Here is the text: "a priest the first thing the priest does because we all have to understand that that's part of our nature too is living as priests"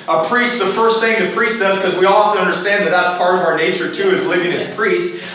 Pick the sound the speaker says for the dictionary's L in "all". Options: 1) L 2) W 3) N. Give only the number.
1